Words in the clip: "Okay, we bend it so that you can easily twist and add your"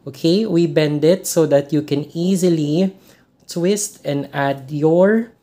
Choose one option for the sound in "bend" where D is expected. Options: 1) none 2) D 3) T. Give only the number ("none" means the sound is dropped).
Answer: 2